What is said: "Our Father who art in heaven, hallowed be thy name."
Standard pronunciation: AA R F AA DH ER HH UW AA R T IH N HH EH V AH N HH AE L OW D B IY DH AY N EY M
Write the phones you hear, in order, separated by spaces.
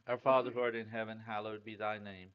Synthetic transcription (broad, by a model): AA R F AA DH ER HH AA R T IH N HH EH V AH N HH AE L OW D B IY DH AY N EY M